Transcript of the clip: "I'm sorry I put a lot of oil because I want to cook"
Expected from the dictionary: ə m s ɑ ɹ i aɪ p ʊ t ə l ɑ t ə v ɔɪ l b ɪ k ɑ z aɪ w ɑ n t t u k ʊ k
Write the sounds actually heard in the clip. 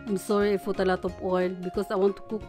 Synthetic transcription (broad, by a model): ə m s ɑ ɹ i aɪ f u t ə l ɑ t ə p ɔɪ l b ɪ k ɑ s aɪ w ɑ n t t u k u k